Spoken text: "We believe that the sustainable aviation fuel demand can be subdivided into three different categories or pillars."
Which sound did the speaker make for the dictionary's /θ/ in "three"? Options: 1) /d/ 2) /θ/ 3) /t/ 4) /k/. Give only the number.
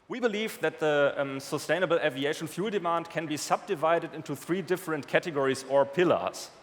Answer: 2